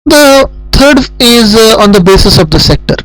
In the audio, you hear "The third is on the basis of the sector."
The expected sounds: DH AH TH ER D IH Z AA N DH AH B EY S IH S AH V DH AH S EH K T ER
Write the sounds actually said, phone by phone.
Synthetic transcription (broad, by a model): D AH T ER D IH Z AA N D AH B EY S IH S AH V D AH S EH K T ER